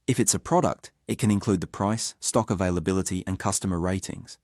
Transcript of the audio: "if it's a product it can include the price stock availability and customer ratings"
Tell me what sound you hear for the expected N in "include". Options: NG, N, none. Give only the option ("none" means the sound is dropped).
N